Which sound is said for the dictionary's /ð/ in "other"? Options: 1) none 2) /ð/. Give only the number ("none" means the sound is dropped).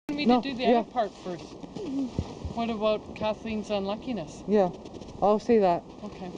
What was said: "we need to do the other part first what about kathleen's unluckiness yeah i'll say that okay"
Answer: 1